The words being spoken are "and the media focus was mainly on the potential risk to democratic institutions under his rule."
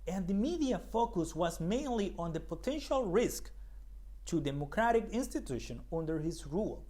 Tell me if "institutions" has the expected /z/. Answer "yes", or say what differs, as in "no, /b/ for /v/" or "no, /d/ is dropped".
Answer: no, /z/ is dropped